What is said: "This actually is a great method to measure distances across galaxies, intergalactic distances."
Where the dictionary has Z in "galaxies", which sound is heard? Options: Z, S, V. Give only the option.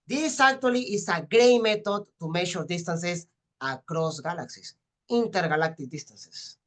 S